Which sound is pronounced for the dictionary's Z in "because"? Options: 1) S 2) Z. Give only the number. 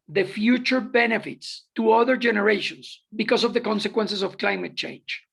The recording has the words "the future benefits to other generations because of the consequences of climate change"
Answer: 1